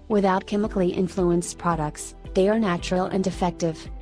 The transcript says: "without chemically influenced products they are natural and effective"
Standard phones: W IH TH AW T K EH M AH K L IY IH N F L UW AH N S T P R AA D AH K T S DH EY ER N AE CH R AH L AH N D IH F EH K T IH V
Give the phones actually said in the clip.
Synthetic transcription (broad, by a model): W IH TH AW T K EH M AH K L IY IH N F L UW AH N S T P R AA D AH K T S DH EY ER N AE CH R AH L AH N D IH F EH K T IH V